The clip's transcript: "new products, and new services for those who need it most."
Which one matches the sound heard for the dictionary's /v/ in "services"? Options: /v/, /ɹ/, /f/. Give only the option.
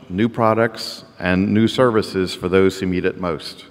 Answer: /v/